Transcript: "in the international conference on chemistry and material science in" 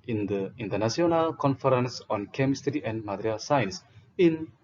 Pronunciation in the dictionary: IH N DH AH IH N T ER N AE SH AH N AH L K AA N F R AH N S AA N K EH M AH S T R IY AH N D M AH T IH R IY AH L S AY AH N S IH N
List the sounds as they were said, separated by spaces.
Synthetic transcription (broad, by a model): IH N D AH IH N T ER N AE S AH N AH L K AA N F R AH N S AA N K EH M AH S T R IY AH N D M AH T R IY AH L S AY N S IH N